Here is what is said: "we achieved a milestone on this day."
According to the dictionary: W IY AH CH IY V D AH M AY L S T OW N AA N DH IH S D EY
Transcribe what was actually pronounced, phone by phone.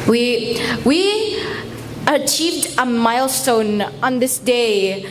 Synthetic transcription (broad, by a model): W IY AH CH IY V D AH M AY L S T OW N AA N DH IH S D EY